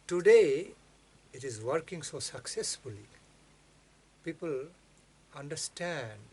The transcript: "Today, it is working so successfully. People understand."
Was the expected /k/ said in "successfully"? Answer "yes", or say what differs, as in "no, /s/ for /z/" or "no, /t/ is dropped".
yes